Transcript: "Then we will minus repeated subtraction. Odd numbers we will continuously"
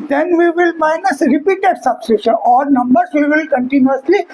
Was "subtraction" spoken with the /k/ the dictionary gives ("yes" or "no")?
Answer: no